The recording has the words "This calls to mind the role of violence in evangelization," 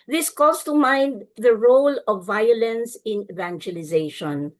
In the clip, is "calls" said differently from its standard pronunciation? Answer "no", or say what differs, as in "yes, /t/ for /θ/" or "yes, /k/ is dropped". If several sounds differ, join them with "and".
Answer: yes, /l/ is dropped